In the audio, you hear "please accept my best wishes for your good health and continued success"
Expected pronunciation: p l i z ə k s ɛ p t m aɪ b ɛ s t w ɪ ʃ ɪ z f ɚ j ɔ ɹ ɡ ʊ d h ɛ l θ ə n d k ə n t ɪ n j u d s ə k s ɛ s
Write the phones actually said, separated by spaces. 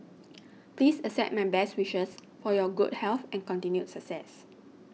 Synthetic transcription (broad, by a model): p l i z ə s ɛ t m aɪ b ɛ s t w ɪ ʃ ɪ s f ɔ j ɔ ɡ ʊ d h ɛ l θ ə n k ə n t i n j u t s ə k s ɛ s